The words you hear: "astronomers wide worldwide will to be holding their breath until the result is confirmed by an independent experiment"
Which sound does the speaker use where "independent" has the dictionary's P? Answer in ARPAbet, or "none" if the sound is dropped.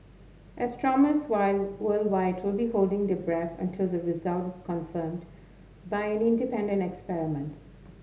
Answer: P